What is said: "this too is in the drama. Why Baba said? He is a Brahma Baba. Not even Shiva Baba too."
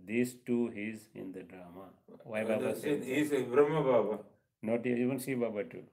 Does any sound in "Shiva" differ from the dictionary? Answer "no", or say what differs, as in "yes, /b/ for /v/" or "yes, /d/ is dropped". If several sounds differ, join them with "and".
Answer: yes, /s/ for /ʃ/